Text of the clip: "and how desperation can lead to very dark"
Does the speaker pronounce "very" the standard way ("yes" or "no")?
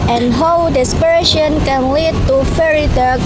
no